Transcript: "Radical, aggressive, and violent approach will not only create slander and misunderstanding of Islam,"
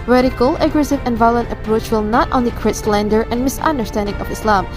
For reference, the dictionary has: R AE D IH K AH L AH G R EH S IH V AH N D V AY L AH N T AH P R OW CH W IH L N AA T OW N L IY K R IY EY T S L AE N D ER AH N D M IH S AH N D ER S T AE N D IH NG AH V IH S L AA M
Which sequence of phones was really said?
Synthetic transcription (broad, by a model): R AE D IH K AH L AH G R EH S IH V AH N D V AY L AH N T AH P R OW CH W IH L N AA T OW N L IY K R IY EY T S L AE N D ER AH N M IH S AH N D ER S T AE N D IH NG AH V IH S L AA M